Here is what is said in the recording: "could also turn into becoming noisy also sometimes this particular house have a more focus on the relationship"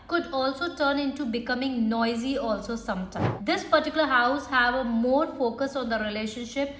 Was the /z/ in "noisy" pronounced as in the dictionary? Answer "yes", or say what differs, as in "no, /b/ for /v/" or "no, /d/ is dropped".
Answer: yes